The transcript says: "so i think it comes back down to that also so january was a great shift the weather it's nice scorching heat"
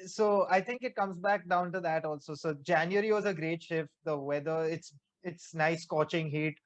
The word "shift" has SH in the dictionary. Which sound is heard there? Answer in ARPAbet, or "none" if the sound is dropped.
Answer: SH